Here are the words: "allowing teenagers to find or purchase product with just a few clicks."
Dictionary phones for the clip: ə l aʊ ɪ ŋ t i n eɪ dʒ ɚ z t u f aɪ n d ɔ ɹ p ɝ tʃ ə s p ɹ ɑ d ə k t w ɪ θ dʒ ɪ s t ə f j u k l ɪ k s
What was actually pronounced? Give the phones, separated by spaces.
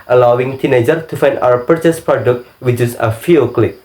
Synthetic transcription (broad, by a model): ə l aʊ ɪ ŋ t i n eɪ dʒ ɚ t u f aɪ n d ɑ w p ɝ tʃ ə s p ɹ ɑ d ə k t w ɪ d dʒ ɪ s ə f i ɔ k l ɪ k